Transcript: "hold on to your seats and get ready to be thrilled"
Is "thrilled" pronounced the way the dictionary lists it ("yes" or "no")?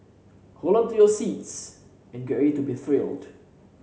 yes